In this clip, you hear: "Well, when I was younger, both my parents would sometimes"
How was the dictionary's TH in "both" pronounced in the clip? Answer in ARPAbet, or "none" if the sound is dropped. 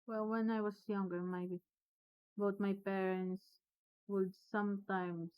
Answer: T